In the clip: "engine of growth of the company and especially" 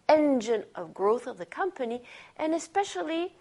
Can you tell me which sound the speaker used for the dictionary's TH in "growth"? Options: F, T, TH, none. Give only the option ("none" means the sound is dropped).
TH